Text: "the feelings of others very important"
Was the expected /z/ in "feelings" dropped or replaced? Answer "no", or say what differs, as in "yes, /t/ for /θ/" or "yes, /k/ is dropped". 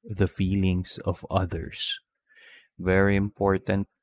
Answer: yes, /s/ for /z/